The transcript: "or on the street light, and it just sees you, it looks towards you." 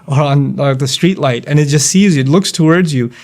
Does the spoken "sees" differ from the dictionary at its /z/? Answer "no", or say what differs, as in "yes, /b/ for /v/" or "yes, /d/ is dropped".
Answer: no